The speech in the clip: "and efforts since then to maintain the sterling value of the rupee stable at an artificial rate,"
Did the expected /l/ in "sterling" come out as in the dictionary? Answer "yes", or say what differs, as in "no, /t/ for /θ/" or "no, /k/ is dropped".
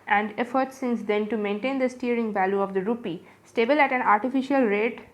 no, /l/ is dropped